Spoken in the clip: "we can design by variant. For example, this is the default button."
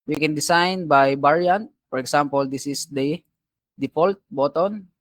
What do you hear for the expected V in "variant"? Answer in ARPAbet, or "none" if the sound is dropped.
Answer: B